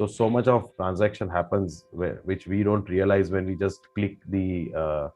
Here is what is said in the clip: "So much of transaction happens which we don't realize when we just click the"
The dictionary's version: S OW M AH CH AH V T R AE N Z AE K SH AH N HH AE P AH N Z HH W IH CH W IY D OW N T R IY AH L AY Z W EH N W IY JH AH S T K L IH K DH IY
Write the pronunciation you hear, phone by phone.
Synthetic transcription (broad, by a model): S OW M AH CH AH V T R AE N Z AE K SH AH N HH AE P AH N Z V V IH CH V IY D OW N T R IY AH L AY Z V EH N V IY JH AH S T K L IH K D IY